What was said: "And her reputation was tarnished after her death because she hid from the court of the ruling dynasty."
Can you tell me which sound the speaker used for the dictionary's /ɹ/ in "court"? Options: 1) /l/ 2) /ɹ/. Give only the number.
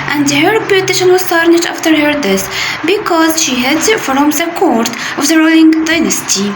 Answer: 2